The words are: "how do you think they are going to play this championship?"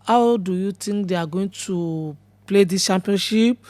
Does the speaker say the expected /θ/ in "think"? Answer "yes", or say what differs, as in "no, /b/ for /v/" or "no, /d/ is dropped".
no, /t/ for /θ/